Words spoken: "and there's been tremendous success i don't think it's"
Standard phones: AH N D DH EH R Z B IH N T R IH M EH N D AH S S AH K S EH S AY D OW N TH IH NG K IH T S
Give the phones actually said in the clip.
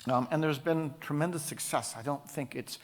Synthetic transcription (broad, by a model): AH N DH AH R Z B IH N T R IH M EH N D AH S S AH K S EH S AY D OW N TH IH NG K IH T S